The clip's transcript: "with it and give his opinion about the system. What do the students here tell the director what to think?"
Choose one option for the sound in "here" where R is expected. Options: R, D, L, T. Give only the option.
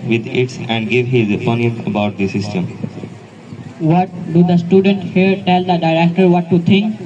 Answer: R